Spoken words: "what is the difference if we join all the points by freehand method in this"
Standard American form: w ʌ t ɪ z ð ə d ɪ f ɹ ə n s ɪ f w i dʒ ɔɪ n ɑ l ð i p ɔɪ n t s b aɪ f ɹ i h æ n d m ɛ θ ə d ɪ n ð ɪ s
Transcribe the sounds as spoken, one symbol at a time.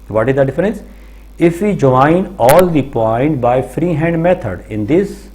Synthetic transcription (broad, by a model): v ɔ t ɪ z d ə d ɪ f ɹ ə n s ɪ f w i dʒ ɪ n ɑ l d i p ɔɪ n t b aɪ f ɹ i h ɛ n d m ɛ t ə d ɪ n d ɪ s